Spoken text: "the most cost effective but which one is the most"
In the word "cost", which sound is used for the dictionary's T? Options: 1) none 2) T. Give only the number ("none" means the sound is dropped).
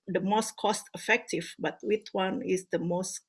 2